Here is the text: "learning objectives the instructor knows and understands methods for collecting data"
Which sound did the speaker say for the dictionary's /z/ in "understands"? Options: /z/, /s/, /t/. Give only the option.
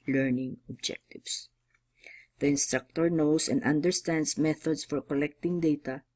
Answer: /s/